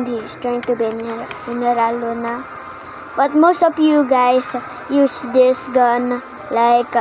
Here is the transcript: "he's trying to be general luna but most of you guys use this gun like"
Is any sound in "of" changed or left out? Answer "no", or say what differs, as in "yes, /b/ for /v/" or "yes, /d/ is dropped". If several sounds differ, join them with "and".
yes, /p/ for /v/